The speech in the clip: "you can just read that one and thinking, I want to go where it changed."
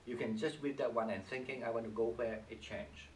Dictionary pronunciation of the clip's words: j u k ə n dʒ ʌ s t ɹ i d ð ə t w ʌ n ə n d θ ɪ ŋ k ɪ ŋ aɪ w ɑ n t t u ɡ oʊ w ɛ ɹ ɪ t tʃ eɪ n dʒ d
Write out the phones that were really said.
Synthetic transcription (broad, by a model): j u k ə n dʒ ʌ s t w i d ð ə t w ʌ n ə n θ ɪ ŋ k ɪ ŋ aɪ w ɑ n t t u ɡ oʊ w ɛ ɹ ɪ t tʃ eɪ n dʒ